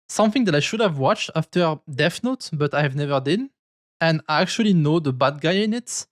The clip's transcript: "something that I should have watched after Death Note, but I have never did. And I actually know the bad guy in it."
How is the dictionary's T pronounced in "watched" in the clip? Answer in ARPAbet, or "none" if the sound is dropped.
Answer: T